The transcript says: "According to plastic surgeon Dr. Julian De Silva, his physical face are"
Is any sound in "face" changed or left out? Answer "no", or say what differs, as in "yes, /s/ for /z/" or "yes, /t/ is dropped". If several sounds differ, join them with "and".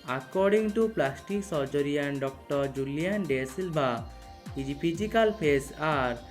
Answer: yes, /p/ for /f/